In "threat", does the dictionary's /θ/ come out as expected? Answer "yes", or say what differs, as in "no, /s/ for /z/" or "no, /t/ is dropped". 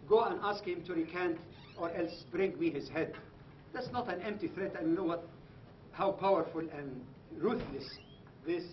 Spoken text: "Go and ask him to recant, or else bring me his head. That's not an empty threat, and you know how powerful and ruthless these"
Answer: yes